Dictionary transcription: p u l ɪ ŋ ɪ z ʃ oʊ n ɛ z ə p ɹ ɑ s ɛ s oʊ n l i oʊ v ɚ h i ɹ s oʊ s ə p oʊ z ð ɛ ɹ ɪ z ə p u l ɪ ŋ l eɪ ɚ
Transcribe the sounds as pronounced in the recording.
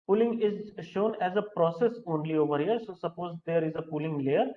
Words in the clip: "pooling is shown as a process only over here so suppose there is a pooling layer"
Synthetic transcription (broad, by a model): p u l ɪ ŋ ɪ z ʃ oʊ n ɛ z ə p ɹ ɑ s ɛ s oʊ n l i oʊ v ɚ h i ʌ s oʊ s ə p oʊ z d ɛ ɹ ɪ z ə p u l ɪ ŋ l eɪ ɚ